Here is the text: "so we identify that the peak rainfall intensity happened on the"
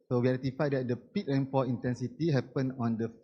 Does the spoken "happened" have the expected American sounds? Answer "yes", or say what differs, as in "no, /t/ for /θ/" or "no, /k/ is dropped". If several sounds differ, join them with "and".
no, /d/ is dropped